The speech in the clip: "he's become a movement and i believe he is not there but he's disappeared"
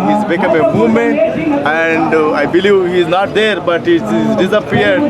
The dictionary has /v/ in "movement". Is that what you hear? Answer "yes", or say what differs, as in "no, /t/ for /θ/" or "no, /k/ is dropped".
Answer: no, /v/ is dropped